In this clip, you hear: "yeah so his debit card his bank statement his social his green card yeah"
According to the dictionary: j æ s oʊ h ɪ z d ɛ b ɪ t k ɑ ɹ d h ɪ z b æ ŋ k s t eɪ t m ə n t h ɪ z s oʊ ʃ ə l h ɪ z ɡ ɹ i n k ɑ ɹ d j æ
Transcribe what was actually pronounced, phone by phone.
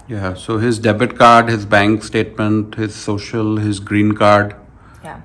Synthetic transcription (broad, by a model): j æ s oʊ h ɪ z d ɛ b ɪ t k ɑ ɹ d h ɪ z b æ ŋ k s t eɪ t m ə n t h ɪ z s oʊ ʃ ə l h ɪ z ɡ ɹ i n k ɑ ɹ d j